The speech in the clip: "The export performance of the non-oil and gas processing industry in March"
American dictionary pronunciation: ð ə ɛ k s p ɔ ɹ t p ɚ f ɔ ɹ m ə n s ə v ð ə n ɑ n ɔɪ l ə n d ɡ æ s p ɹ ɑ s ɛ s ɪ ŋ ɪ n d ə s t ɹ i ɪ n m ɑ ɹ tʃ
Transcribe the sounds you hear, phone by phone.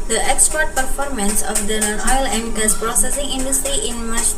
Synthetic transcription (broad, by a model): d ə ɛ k s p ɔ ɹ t p ɚ f ɔ ɹ m ə n s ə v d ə n ɑ n ɔɪ l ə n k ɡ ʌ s p ɹ ɑ s ɛ s ɪ ŋ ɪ n d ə s t ɹ i ɪ n m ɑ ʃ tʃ